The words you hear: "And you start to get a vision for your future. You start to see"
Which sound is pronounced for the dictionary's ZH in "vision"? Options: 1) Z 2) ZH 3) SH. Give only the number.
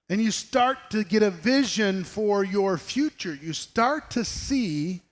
2